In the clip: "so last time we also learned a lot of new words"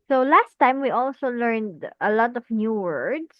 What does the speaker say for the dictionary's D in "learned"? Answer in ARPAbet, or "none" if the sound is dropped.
D